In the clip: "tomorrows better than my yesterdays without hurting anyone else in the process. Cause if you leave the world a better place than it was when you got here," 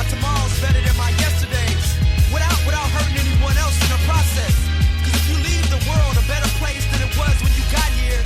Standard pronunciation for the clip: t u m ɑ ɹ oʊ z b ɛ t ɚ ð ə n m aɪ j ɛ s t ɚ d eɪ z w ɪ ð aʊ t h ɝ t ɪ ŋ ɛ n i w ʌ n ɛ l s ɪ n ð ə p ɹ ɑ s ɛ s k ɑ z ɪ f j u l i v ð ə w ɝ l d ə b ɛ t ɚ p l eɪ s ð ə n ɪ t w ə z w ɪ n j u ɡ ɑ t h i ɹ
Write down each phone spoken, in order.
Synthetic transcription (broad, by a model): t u m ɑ ɹ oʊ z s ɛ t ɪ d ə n m aɪ j ɛ s t ɚ d eɪ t w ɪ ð aʊ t h ɝ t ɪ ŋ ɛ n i w ʌ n ɛ l s ɪ n ð ə p ɹ ɑ s ɛ s k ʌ z ɪ f j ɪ l i v ð ə w ɝ l d ə b ɛ t ɚ p l eɪ s ð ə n ɪ t w ə z w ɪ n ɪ ɡ ɑ t h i ɹ